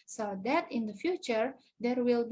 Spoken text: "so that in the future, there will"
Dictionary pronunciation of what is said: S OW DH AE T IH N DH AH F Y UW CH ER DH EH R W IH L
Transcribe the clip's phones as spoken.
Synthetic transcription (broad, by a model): S OW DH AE T IH N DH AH F Y UW CH ER DH EH R W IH L